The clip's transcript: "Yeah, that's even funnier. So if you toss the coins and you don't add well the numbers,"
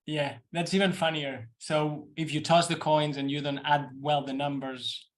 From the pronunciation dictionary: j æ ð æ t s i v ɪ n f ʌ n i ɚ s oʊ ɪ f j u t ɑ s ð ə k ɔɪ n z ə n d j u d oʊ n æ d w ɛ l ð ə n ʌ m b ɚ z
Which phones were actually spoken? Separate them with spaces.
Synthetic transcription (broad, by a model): j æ ð æ t s i v ɪ n f ʌ n i ɚ s oʊ ɪ f j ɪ t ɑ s ð ə k ɔɪ n z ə n j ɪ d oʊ n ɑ d w ɛ l ð ə n ʌ m b ɚ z